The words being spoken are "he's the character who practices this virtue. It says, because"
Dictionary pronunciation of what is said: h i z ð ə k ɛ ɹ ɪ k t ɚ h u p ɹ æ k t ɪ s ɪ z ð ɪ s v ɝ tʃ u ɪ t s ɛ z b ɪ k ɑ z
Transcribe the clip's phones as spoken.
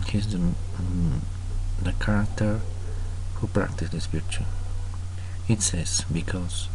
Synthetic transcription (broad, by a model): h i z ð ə k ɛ ɹ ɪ k t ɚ h u p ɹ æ k t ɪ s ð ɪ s f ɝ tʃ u ɪ t s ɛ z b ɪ k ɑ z